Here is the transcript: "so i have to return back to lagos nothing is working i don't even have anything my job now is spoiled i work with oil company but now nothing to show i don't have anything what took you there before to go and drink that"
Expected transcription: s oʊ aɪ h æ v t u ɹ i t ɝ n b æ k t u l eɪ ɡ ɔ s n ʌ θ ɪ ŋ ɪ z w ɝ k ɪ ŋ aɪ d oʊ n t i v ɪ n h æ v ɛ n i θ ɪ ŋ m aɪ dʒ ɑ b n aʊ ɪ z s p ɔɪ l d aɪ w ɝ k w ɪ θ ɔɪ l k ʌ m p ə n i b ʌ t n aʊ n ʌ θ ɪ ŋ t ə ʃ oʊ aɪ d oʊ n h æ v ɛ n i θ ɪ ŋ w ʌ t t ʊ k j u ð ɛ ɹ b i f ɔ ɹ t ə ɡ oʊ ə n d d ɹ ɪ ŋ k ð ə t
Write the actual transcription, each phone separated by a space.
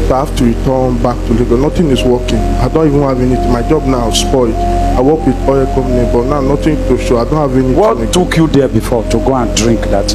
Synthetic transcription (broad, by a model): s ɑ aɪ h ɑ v t u ɹ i t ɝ n b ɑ k t u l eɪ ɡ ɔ n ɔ t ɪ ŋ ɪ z w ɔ k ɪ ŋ aɪ d oʊ n t i v ɪ n h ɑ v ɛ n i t m aɪ dʒ ɑ b n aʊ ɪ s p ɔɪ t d aɪ w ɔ k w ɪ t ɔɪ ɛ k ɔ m ə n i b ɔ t n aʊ n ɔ t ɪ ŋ t ə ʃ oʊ aɪ d oʊ n h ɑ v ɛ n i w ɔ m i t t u k j u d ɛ b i f ɔ t ə ɡ oʊ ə n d d ɹ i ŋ k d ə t